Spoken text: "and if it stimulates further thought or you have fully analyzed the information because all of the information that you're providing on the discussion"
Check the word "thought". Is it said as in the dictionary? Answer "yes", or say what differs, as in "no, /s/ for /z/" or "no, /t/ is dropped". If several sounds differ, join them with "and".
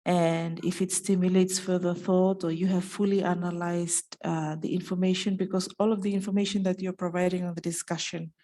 yes